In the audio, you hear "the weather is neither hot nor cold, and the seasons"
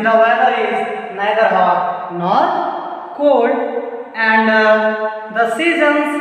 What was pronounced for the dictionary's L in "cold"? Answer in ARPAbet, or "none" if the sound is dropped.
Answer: none